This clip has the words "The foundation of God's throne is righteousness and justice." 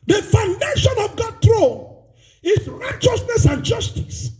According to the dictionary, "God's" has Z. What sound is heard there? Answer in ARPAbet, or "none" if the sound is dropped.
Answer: none